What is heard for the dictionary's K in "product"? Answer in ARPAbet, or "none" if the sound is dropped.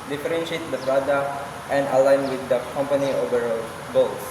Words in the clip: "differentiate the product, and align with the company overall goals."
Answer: none